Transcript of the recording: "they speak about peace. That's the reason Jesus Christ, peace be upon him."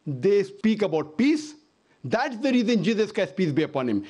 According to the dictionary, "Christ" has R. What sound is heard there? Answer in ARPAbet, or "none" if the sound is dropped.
none